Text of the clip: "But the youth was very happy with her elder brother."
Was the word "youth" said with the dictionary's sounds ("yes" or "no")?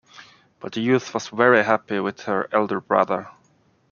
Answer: yes